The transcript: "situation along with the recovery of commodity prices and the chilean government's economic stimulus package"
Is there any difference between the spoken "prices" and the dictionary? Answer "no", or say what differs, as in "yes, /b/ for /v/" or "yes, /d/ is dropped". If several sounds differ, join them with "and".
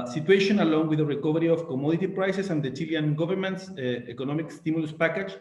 yes, /s/ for /z/